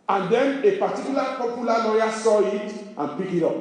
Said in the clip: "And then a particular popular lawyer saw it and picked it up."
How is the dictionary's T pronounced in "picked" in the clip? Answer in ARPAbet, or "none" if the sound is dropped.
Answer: none